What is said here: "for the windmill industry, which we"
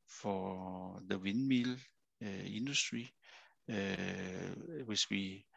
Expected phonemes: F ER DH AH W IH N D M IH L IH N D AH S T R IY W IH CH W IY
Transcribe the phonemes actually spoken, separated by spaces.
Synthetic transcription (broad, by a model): F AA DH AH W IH N M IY L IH N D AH S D R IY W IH S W IY